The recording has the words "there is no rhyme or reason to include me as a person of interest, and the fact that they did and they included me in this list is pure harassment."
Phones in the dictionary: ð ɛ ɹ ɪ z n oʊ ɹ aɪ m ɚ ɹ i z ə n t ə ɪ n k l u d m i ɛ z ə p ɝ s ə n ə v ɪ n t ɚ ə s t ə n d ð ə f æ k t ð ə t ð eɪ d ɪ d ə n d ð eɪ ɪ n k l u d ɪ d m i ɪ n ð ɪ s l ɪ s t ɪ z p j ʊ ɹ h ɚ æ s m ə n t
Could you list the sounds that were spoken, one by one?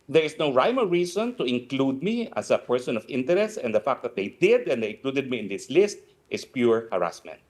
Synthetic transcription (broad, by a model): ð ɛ ɹ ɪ s n oʊ ɹ aɪ m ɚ ɹ i s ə n t ə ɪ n k l u d m i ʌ s ə p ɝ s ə n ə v ɪ n t ɚ ə s t ə n d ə f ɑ k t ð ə t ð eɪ d ɪ d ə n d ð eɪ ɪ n k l u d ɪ d m i ɪ n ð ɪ s l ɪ s t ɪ s p j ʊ ɹ h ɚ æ s m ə n t